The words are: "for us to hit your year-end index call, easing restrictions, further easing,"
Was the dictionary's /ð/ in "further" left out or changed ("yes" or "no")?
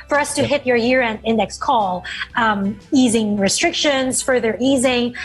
no